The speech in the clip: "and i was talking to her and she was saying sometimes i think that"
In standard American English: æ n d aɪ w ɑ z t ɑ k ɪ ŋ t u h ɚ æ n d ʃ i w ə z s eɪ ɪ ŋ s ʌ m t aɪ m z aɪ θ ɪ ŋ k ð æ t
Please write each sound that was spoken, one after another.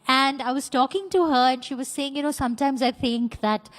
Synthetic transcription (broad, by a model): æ n d aɪ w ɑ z t ɑ k ɪ ŋ t u h ɚ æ n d ʃ i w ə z s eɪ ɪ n s ʌ m t aɪ m z aɪ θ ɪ ŋ k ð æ t